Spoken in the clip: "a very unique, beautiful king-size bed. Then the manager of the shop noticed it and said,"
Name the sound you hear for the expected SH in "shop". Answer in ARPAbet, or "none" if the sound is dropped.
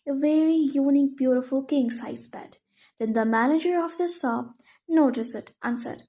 S